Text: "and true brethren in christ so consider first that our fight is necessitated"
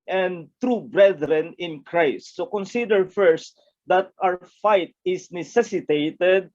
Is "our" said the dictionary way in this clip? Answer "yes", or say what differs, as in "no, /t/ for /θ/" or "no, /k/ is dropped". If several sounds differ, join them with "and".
no, /w/ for /ɹ/